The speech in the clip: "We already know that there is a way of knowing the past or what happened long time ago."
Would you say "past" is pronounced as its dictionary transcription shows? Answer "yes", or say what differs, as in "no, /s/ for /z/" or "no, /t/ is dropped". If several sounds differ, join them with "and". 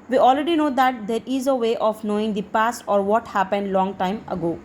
yes